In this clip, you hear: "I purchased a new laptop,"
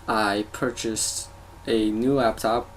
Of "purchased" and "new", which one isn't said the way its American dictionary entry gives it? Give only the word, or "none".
none